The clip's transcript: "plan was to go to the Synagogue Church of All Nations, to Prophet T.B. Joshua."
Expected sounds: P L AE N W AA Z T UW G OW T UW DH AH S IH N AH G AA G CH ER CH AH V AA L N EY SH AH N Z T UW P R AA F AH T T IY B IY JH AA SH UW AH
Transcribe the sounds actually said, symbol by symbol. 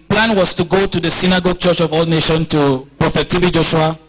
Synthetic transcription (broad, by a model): P L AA N W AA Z T UW G OW T UW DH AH S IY N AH G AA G CH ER CH AH V AA L N EY SH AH N T UW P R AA F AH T T IY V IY JH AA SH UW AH